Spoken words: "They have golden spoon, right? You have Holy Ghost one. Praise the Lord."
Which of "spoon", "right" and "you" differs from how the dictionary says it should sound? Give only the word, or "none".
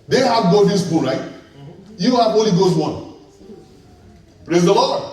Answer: spoon